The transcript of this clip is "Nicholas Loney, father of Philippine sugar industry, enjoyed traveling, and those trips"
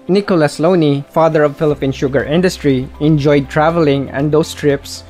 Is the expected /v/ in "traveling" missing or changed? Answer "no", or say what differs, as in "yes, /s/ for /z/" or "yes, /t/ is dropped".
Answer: no